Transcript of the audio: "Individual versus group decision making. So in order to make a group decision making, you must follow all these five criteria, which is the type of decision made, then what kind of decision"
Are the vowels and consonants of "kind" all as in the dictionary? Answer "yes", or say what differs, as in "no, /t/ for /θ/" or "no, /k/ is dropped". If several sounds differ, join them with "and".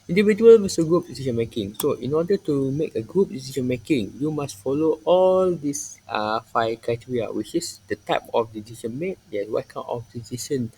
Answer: no, /d/ is dropped